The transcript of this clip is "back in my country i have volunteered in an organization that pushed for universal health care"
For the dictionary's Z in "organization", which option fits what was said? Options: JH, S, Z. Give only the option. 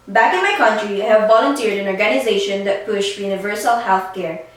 Z